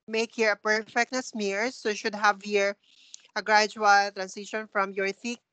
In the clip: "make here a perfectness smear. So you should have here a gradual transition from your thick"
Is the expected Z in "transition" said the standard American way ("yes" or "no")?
no